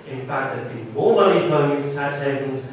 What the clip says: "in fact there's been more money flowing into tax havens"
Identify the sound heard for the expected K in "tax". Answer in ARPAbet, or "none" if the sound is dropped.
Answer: none